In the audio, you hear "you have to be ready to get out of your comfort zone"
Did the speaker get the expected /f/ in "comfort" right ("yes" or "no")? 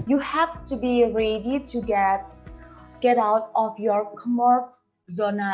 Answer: no